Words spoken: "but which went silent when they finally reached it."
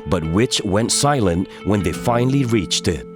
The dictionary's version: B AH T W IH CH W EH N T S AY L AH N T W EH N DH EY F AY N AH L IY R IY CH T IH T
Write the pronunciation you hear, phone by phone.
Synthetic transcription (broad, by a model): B AH T W IH CH W EH N T S AY L AH N T W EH N DH EY F AY N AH L IY R IY CH T IH T